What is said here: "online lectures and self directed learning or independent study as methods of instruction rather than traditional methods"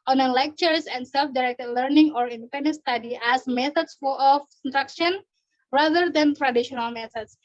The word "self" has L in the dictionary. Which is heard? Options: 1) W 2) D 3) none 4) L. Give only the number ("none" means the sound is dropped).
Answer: 4